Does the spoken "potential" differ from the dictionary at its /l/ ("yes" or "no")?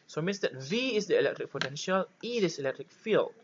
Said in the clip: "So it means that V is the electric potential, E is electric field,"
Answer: no